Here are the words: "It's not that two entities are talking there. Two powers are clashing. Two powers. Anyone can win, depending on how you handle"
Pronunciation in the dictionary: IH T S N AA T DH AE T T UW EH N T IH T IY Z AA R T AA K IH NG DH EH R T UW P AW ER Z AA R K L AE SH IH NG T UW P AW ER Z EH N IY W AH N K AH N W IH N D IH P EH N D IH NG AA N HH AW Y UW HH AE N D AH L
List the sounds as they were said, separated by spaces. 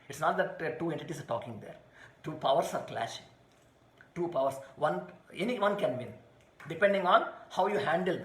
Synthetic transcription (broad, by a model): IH T S N AA T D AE T T UW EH N T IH T IY S AA R T AA K IH NG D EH R T UW P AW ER S AA R K L AE SH IH NG T UW P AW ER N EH N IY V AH N K AH N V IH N D IH P EH N D IH NG AA N HH AW Y UW HH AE N D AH L